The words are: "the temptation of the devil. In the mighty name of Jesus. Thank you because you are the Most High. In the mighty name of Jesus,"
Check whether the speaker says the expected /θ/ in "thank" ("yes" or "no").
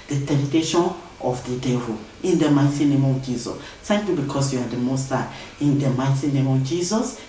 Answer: no